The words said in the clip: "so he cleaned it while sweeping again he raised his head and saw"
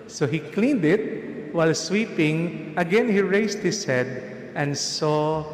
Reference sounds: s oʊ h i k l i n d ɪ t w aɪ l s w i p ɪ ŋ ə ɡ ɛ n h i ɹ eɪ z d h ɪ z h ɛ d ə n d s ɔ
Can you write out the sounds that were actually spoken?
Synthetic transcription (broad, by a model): s oʊ h i k l i n d ɪ t w aɪ l s w i p ɪ ŋ ə ɡ ɛ n h i ɹ eɪ s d h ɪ s h ɛ d ə n d s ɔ